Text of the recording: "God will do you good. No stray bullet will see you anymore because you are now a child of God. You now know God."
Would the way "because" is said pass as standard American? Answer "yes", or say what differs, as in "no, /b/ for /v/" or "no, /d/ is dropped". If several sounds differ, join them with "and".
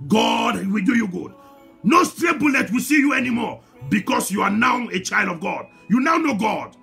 no, /s/ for /z/